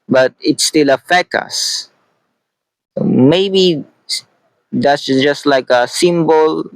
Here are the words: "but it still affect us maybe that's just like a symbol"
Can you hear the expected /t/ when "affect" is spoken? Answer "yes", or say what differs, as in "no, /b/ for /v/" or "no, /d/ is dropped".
no, /t/ is dropped